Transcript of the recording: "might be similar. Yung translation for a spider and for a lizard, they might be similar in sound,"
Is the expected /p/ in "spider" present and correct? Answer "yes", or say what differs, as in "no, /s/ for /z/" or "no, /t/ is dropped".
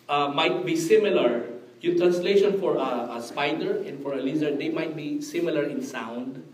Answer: yes